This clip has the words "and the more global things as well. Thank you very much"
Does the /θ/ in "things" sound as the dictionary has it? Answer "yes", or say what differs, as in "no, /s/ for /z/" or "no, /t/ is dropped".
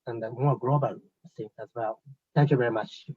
no, /s/ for /θ/